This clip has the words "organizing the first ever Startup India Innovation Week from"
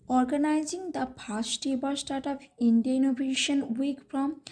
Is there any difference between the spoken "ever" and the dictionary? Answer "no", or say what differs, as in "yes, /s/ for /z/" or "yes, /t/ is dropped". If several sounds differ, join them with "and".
yes, /b/ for /v/